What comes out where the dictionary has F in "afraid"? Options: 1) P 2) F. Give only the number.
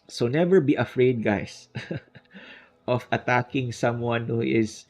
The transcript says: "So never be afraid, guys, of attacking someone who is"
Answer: 2